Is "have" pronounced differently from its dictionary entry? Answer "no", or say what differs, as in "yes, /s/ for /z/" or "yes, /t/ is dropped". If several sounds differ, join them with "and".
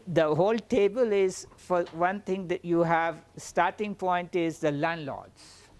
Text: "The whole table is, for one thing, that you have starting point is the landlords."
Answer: no